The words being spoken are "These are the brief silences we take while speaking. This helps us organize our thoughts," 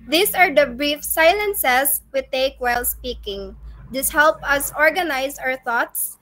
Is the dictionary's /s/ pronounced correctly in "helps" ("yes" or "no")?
no